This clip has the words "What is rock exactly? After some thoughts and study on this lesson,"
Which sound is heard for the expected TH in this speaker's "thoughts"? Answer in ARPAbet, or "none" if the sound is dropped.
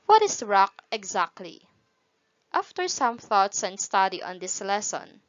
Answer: TH